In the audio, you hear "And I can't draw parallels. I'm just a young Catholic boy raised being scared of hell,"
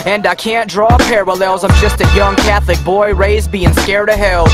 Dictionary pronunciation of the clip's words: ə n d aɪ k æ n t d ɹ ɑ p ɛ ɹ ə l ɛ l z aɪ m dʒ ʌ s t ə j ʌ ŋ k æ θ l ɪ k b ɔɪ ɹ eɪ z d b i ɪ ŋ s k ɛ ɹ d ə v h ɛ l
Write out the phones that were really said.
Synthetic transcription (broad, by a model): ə n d aɪ k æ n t d ɹ ɑ p ɛ ɹ ə l ɛ l z aɪ m dʒ ʌ s t ə j ʌ ŋ k æ θ l ɪ k b ɔɪ ɹ eɪ z b i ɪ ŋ s k ɛ ɹ d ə h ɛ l